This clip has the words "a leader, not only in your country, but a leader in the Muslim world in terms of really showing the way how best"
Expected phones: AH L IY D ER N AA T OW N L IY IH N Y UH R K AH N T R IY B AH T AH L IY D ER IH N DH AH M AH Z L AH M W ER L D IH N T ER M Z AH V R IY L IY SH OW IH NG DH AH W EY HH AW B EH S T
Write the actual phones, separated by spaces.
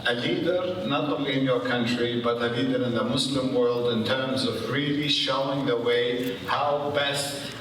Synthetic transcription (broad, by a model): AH L IY D ER N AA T OW N L IY IH N Y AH R K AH N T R IY B AH T AH L IY D ER IH N DH AH M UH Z L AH M W ER L D IH N T ER M Z AH V R IY L IY SH OW IH NG DH AH W EY HH AW B EH S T